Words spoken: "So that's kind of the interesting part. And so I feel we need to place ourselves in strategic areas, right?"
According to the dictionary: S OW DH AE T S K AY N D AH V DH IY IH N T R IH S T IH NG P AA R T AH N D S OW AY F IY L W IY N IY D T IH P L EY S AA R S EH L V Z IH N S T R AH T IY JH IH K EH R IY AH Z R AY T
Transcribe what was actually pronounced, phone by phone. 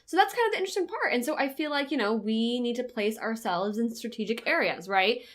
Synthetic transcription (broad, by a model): S OW DH AE T S K AY N D AH V DH IY IH N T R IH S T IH NG P AA R T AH N S OW AY F IY L W IY N IY D T IH P L EY S AA R S EH L V Z IH N S T R AH T IY JH IH K EH R IY AH Z R AY T